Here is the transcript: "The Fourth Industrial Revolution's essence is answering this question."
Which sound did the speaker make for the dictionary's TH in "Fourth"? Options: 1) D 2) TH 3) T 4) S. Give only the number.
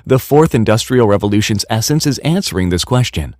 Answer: 2